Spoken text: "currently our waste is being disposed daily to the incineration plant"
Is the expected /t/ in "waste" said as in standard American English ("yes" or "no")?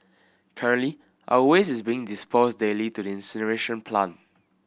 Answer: no